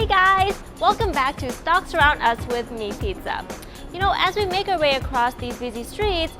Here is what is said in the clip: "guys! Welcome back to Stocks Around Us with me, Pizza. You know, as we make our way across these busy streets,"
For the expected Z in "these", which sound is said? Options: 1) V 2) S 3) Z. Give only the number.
3